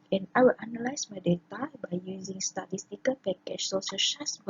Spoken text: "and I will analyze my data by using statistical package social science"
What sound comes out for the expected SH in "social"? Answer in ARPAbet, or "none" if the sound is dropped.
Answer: S